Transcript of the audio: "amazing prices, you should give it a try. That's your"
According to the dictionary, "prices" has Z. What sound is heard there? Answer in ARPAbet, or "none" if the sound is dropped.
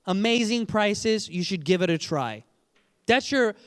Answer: Z